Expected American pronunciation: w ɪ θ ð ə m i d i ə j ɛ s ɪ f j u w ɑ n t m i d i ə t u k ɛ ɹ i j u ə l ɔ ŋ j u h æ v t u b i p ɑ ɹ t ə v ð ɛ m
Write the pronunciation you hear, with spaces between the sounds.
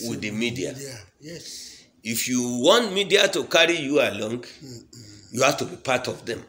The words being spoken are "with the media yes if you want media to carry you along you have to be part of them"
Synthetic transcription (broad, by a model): w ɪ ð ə m i d i ə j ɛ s ɪ f j u w ɑ n t m i d i ə t u k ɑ ɹ i j u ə l ɔ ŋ j u h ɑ f t u b i p ɑ t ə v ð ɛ m